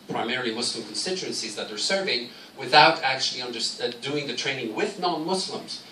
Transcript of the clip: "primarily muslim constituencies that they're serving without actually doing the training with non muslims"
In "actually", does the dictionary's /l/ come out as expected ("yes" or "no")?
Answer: no